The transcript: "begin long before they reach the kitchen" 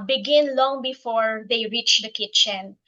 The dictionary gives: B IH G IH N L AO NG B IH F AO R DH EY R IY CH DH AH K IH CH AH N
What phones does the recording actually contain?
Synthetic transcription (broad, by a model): B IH G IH N L AO NG B IH F AO R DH EY R IY CH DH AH K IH CH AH N